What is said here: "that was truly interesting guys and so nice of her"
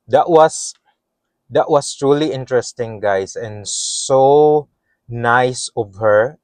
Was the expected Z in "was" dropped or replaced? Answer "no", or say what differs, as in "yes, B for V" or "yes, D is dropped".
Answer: yes, S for Z